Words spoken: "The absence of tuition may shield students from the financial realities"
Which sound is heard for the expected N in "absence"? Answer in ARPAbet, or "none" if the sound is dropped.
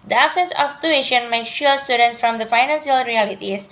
N